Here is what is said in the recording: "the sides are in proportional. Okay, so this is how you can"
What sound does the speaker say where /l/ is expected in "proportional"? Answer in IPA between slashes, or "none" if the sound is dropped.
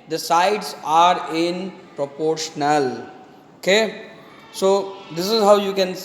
/l/